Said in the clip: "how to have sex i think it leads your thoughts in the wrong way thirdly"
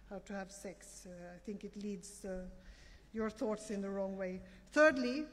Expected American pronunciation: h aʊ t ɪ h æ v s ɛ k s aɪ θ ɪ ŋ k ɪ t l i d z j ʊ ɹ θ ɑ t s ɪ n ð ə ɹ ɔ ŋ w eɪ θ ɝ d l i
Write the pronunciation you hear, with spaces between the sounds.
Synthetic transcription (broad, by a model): h aʊ t ɪ h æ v s ɛ k s aɪ θ ɪ ŋ k ɪ t l i d z j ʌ ɹ θ ɑ t s ɪ n ð ə ɹ ɔ ŋ w eɪ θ ɝ d l i